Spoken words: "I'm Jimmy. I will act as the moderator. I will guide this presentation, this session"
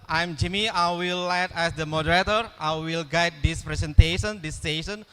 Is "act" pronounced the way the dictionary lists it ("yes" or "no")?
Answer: no